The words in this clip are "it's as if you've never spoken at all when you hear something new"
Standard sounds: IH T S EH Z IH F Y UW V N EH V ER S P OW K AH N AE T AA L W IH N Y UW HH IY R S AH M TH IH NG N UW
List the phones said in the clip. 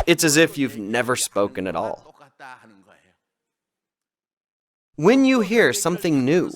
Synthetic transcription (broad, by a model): IH T S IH Z IH F Y UW V N EH V ER S P OW K AH N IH T AA L W IH N Y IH HH IY R S AH M TH IH NG N UW